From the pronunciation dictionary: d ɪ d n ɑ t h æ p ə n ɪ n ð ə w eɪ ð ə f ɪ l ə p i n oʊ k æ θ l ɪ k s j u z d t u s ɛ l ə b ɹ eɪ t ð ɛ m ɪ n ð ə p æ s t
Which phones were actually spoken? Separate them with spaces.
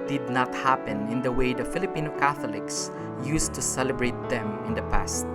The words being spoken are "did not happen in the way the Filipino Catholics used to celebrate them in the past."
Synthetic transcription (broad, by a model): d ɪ d n ɑ t h æ p ə n ɪ n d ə w eɪ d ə f ɪ l ə p i n oʊ k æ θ l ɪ k s j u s t u s ɛ l ə b ɹ eɪ t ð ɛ m ɪ n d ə p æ s t